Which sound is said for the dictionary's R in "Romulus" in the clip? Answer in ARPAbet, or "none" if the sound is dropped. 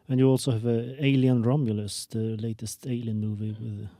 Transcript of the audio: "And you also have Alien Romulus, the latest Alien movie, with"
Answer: R